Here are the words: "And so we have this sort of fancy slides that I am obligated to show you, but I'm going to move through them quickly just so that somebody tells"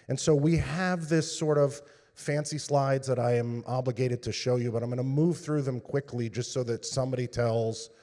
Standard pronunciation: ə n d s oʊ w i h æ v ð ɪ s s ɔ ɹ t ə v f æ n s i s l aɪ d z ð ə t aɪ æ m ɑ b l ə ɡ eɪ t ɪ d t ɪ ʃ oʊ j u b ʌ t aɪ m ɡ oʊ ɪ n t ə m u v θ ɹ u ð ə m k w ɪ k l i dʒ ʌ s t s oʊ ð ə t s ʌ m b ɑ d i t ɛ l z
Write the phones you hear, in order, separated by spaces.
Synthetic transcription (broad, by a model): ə n s oʊ w i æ v ð ɪ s s ɔ ɹ t ə v f æ n s i s l aɪ d z ð ə t aɪ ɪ m ɑ b l ə ɡ eɪ t ɪ d t ɪ ʃ oʊ j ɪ b ʌ t aɪ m ɡ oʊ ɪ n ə m u v θ ɹ u ð ə m k w ɪ k l i dʒ ʌ s t s oʊ ð ə t s ʌ m b ɑ d i t ɛ l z